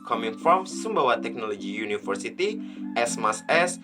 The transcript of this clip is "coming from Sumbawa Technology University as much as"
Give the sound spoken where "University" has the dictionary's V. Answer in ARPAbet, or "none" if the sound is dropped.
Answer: F